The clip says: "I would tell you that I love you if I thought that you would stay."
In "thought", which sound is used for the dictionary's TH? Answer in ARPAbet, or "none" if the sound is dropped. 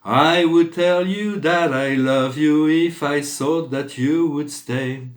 S